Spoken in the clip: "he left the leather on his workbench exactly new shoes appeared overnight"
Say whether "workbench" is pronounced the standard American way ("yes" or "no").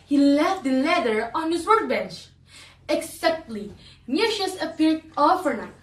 no